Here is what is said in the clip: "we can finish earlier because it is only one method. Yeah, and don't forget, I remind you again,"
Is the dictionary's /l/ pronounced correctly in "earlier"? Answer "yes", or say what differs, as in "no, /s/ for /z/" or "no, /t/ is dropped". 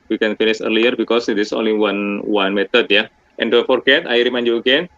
yes